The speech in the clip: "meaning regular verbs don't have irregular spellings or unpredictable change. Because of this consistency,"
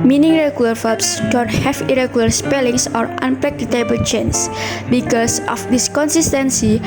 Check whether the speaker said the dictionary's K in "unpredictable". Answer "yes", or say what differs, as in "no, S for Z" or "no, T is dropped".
no, K is dropped